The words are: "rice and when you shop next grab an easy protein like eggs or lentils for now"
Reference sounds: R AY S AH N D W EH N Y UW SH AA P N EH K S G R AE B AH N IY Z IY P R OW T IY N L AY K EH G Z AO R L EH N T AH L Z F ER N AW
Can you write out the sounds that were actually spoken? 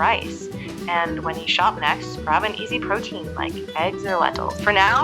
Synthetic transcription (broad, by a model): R AY S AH N W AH N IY SH AA P N EH K S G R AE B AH N IY Z IY P R OW T IY N L AY K EH G Z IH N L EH T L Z F ER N AW